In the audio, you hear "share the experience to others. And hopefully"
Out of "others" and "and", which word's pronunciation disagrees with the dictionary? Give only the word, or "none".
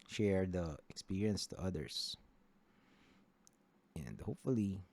others